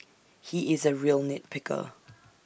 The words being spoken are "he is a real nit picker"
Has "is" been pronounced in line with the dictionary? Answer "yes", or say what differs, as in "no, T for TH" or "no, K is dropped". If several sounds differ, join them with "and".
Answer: yes